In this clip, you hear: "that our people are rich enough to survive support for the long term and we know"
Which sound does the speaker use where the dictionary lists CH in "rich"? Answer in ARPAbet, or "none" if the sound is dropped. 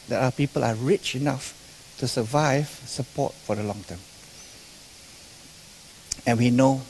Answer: CH